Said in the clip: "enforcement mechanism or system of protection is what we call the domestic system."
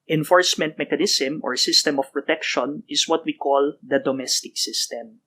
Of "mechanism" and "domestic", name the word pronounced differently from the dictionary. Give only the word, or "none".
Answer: mechanism